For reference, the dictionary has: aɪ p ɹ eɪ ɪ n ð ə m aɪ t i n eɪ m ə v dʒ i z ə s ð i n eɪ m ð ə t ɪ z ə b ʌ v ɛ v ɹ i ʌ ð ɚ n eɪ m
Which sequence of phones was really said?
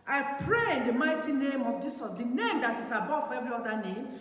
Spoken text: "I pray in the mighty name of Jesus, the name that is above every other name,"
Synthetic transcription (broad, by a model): aɪ p ɹ eɪ ɪ n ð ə m aɪ t i n eɪ m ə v dʒ i s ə s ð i n eɪ m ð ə t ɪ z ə b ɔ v ɛ v ɹ i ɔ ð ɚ n eɪ m